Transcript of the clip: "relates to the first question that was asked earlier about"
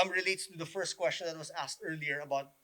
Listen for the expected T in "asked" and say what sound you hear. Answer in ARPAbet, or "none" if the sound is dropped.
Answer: T